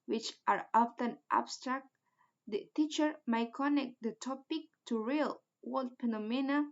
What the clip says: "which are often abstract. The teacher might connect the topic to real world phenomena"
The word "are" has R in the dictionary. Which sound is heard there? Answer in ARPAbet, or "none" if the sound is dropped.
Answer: R